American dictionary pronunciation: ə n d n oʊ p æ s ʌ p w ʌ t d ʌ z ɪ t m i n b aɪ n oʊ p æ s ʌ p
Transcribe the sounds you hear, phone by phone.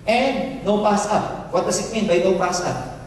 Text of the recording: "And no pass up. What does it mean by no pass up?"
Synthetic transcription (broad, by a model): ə n d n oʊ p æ s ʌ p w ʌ t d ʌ s ɪ t m i n b aɪ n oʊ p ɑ s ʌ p